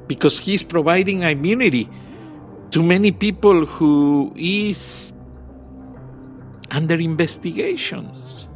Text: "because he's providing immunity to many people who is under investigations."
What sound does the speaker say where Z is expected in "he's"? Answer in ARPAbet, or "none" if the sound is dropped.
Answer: S